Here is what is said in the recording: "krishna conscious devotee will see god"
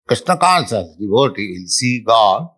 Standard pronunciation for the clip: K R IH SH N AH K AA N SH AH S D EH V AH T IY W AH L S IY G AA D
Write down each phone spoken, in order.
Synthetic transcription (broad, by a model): K R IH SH N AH K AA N S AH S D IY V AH T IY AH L S IY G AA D